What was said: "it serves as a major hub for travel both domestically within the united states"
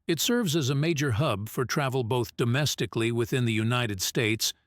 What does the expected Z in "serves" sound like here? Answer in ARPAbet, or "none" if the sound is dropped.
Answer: Z